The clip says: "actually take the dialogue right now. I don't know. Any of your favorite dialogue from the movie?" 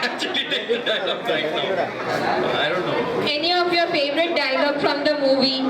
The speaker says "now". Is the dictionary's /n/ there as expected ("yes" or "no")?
no